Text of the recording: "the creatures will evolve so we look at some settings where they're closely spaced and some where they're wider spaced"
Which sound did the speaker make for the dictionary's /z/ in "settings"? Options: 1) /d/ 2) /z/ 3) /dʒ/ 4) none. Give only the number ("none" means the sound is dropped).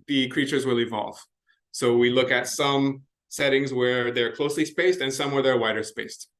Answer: 2